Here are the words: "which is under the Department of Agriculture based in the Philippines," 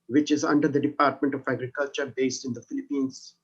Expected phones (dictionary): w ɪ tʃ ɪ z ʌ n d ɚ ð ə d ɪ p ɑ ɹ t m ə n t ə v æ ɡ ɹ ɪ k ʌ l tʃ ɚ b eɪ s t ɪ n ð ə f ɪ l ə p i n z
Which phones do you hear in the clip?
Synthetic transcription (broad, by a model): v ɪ tʃ ɪ z ʌ n d ɚ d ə d ɪ p ɑ ɹ t m ə n t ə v æ ɡ ɹ ɪ k ʌ l tʃ ɚ b eɪ s t ɪ n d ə f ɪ l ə p i n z